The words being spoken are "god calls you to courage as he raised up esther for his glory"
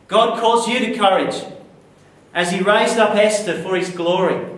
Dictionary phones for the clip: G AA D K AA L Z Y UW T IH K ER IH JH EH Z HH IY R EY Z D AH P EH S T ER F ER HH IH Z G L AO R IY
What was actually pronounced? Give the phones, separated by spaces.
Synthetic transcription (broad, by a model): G AA D K AA Z Y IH T IH K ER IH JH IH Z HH IY R EY Z D AH P EH S T ER F ER IH Z G L AO R IY